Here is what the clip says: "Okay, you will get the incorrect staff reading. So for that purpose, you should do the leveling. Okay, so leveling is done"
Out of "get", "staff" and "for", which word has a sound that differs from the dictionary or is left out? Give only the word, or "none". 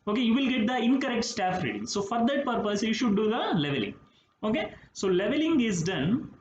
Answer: none